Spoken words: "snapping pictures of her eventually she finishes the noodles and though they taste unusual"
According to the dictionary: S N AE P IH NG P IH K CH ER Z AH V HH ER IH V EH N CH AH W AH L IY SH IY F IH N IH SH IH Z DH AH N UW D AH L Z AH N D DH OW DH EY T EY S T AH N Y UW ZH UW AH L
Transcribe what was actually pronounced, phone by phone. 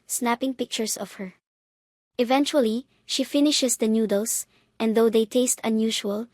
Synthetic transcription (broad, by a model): S N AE P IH NG P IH K CH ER S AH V HH ER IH V EH N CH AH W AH L IY SH IY F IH N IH SH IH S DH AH N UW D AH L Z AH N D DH OW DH EY T EY S T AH N Y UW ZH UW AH L